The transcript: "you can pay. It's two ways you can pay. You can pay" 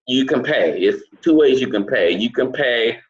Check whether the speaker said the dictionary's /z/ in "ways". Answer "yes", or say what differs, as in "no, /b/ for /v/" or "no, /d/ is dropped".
yes